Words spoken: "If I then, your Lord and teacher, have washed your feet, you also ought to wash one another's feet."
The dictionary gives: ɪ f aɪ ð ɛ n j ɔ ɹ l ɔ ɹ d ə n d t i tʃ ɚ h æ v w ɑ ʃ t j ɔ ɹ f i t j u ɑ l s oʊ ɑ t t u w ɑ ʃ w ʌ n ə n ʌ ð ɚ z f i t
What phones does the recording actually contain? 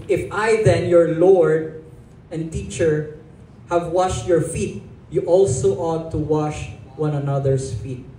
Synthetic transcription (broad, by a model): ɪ f aɪ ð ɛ n j ɔ ɹ l ɔ ɹ d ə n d t i tʃ ɚ h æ v w ɑ ʃ t j ɔ ɹ f i t j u ɑ l s oʊ ɑ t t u w ɑ ʃ w ʌ n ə n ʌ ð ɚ s f i t